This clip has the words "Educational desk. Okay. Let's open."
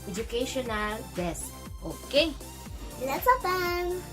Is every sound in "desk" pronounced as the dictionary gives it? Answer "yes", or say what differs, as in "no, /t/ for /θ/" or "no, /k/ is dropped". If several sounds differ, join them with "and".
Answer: no, /k/ is dropped